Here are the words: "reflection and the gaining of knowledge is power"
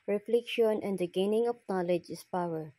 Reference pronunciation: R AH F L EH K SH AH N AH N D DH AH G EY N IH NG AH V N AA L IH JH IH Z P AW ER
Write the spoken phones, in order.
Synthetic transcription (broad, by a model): R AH F L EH K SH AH N AH N D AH G EY N IH NG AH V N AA L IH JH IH S P AW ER